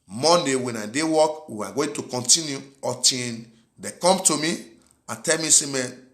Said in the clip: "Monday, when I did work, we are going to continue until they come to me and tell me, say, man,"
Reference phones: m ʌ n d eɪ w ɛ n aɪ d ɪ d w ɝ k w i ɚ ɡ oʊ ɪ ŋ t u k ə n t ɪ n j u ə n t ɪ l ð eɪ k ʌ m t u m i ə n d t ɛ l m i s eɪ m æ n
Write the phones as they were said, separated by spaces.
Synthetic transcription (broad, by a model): m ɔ n d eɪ w ɛ n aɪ d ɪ w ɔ k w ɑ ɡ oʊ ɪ t u k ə n t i n j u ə t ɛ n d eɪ k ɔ m t u m i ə t ɛ l m i s eɪ m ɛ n